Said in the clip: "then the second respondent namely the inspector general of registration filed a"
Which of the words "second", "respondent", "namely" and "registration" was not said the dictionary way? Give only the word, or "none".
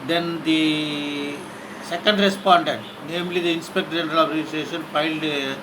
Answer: registration